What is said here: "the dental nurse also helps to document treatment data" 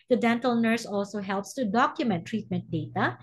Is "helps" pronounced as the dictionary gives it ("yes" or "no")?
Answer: yes